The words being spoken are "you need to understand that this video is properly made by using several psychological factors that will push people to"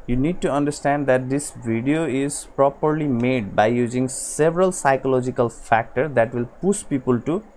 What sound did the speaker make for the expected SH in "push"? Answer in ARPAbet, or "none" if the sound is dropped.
S